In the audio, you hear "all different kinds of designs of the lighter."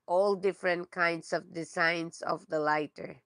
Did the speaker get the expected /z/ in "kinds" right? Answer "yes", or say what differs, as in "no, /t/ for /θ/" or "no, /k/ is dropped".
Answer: no, /s/ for /z/